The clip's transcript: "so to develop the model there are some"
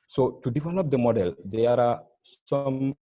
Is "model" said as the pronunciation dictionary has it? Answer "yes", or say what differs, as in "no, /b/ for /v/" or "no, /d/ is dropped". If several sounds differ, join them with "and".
yes